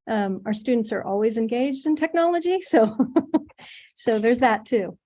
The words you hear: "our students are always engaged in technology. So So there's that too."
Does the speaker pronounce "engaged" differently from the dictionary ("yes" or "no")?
no